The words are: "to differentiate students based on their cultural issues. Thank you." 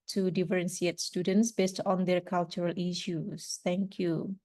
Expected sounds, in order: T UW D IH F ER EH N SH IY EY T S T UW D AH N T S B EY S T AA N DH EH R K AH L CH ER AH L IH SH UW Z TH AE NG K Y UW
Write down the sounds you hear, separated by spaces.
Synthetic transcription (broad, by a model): T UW D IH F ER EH N S IY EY T S T UW D AH N T S B EY S T AA N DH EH R K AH L CH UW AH L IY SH UW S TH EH NG K Y UW